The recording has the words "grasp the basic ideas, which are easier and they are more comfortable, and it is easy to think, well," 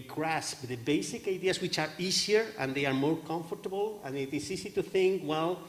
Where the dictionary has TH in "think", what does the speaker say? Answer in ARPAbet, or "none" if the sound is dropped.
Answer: TH